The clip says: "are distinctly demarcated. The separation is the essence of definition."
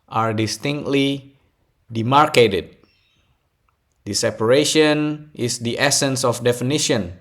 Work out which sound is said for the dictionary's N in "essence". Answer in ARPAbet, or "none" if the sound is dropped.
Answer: N